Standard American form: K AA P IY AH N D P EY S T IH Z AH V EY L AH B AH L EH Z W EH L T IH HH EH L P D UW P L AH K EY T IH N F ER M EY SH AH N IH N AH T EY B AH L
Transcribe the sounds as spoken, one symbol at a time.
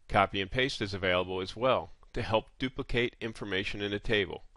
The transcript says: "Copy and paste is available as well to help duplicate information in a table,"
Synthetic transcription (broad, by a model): K AA P IY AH N P EY S T IH Z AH V EY L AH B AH L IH Z W EH L T IH HH EH L P D UW P L AH K EY T IH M F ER M EY SH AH N IH N AH T EY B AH L